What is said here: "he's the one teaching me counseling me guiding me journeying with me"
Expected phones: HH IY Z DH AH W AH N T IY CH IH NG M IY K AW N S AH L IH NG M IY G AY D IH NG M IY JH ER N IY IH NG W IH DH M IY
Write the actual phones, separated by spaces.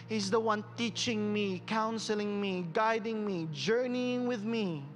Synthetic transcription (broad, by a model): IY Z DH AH W AH N T IY CH IH NG M IY K AW N S AH L IH NG M IY G AY D IH NG M IY JH ER N IY IH NG W IH DH M IY